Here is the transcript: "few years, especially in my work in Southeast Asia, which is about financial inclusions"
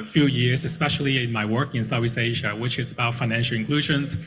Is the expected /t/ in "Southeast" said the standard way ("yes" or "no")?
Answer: no